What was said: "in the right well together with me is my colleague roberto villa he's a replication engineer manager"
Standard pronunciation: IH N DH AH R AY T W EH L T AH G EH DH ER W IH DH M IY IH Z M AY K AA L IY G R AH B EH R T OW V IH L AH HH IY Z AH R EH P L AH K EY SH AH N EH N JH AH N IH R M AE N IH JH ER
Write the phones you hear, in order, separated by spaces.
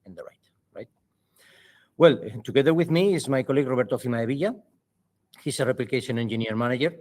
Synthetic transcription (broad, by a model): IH N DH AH R AY T W EH L T AH G EH DH ER W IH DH M IY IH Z M AY K AA L IY G R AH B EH R T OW B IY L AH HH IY S AH R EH P L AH K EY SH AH N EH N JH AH N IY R M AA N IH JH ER